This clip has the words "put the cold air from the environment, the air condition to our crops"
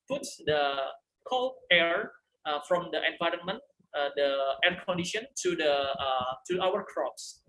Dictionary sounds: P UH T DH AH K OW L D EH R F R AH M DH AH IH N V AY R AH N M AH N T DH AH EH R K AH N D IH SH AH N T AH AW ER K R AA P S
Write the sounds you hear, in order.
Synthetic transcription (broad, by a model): P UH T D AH K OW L EH R F R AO M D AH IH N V AY R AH N M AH N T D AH EH R K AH N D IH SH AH N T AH AW ER K R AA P S